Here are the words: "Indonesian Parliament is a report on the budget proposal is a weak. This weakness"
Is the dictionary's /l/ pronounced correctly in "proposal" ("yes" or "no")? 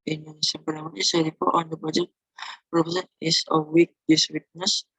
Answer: no